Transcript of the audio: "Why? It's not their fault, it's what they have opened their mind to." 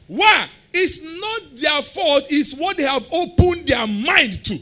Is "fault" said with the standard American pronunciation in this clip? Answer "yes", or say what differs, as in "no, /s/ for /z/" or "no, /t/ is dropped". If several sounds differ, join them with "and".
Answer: no, /l/ is dropped